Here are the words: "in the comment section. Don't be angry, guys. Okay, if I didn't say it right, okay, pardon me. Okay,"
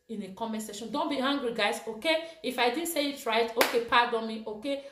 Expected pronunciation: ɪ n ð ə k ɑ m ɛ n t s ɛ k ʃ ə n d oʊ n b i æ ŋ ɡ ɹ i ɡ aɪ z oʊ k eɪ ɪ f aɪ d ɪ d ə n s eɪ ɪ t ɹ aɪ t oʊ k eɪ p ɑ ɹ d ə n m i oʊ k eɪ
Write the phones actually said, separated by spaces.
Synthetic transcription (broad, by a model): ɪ n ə k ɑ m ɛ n s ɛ ʃ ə n d oʊ n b i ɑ ŋ ɡ ɹ i ɡ aɪ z oʊ k eɪ ɪ f aɪ d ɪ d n s eɪ ɪ t ɹ aɪ t oʊ k eɪ p ɑ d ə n m i oʊ k eɪ